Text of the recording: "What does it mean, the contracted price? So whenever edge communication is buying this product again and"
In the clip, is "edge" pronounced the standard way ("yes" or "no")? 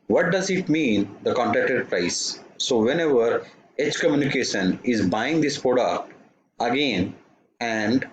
no